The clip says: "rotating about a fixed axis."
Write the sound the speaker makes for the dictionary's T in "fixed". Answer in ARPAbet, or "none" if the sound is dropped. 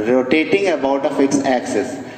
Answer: none